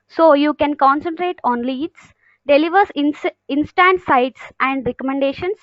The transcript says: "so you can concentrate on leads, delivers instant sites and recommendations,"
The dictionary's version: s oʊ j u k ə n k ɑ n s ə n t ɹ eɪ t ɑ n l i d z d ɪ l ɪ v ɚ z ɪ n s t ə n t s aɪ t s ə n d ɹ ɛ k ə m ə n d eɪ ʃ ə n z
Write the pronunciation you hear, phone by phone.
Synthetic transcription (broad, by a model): s oʊ j u k ə n k ɑ n s ə n t ɹ eɪ t ɑ n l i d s d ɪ l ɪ v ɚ s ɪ n s t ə n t s aɪ t s ə n d ɹ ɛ k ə m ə n d eɪ ʃ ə n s